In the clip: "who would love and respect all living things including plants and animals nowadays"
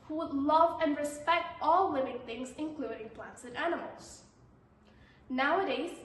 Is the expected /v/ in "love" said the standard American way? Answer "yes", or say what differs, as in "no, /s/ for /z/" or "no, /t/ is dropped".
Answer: yes